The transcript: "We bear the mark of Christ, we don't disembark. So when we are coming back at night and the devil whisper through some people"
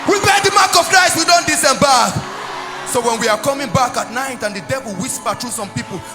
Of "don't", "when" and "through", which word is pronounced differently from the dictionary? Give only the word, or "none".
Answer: through